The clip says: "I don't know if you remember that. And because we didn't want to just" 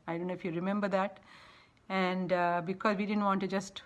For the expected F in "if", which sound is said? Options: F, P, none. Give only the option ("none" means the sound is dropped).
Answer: F